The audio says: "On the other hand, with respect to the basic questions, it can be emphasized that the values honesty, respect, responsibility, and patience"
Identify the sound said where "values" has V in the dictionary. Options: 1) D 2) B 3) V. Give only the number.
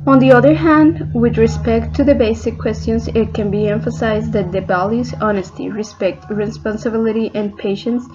2